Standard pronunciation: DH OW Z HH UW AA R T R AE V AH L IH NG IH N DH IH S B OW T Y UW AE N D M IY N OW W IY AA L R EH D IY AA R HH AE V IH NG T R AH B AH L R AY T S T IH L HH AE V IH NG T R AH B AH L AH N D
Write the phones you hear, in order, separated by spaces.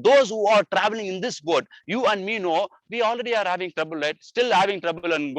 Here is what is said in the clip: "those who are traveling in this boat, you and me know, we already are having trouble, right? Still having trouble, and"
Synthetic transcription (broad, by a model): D OW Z HH UW AA R T R AE V AH L IH NG IH N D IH S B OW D Y UW AE N D M IY N OW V IY AA L R EH D IY AA R HH AE V IH NG T R AH B AH L R AY T S T IH L HH AE V IH NG T R AH B AH L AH N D